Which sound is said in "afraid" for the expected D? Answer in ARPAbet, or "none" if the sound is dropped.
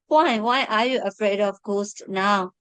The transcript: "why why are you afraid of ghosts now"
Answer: D